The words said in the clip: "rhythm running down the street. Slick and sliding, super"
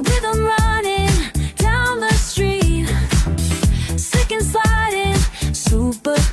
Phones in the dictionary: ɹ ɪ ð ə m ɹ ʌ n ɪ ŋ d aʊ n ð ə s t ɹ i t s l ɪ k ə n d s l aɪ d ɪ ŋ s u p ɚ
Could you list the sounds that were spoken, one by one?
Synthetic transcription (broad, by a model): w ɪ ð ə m ɹ ʌ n ɪ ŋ d aʊ n ð ə s t ɹ i t s ɪ k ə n s aɪ d ɪ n s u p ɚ